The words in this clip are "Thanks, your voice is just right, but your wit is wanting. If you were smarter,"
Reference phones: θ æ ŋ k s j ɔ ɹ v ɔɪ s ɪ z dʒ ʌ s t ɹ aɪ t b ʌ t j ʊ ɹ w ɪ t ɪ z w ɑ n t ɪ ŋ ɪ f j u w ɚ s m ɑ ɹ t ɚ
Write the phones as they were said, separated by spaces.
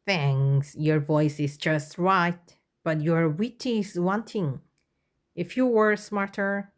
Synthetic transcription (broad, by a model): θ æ ŋ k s j ɔ ɹ v ɔɪ s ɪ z dʒ ʌ s t ɹ aɪ t b ʌ t j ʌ ɹ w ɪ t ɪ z w ɑ n t ɪ ŋ ɪ f j u w ɚ s m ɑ ɹ t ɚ